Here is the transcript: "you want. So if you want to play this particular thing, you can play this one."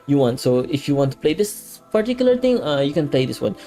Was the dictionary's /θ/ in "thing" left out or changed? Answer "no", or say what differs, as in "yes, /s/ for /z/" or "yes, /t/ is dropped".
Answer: yes, /t/ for /θ/